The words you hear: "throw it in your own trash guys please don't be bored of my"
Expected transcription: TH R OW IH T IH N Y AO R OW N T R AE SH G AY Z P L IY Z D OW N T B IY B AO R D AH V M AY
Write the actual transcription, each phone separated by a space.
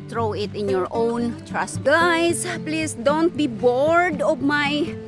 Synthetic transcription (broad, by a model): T R OW IH T IH N Y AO R OW N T R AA S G AY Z P L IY S D OW N T B IY B AO R D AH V M AY